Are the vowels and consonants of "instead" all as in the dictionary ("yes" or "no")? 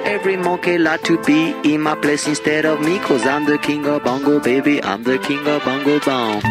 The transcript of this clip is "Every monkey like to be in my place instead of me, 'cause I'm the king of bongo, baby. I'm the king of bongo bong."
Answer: yes